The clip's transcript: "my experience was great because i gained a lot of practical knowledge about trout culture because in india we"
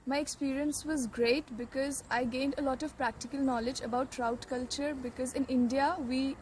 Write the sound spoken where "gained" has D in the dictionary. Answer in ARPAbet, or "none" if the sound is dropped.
D